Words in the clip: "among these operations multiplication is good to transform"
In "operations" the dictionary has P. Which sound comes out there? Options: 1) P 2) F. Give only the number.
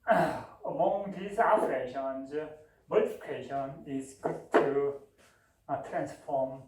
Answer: 2